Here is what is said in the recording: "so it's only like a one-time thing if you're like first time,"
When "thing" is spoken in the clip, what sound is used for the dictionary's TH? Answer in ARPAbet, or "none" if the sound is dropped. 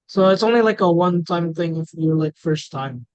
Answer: TH